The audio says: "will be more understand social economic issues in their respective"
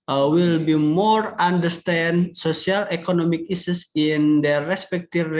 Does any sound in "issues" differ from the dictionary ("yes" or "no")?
yes